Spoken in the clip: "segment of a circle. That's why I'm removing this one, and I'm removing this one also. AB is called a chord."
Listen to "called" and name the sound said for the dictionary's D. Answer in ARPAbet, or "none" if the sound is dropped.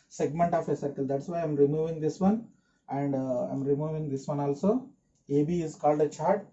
D